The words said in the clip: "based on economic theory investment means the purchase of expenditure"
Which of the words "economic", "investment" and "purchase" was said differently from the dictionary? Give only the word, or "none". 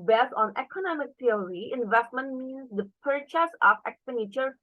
none